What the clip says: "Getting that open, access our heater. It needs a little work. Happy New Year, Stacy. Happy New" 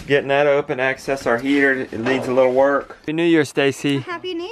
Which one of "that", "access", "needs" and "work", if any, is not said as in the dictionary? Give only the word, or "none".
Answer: needs